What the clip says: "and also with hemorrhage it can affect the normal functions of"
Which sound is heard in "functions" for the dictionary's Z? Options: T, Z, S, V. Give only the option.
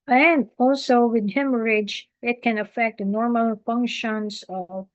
S